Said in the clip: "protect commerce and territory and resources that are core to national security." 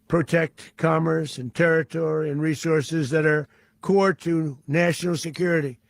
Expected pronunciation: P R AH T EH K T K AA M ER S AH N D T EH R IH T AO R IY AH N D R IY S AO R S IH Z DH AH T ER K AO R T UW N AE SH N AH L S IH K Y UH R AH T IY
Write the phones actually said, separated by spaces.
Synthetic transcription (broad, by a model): P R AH T EH K T K AA M ER S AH N T EH R IH T AO R IY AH N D R IY S AO R S IH Z DH AH T ER K AO R T UW N AE SH N L S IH K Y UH R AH T IY